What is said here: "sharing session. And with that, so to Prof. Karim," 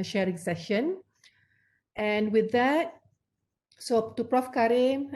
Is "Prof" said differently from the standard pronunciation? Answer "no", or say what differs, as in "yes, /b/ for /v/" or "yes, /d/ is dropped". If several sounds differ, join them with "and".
no